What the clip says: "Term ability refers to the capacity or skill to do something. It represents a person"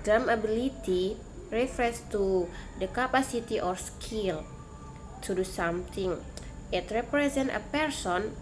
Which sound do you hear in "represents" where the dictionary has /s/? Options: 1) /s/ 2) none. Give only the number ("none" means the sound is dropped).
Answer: 2